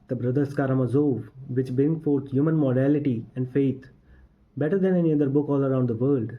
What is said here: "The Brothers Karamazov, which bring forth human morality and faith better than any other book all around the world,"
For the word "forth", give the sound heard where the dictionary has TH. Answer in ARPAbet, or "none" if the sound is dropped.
T